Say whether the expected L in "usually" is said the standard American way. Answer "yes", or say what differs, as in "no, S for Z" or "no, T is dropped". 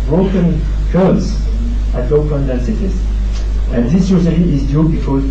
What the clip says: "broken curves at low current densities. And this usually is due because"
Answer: no, L is dropped